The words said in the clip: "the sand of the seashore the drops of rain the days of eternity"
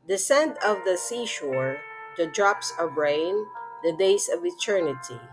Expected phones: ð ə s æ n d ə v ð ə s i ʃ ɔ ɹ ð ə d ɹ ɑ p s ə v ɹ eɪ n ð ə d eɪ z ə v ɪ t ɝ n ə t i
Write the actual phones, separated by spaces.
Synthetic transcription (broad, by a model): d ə s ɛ n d ə v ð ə s i ʃ ɔ ɹ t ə d ɹ ɑ p s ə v ɹ eɪ n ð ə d eɪ s ə v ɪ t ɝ n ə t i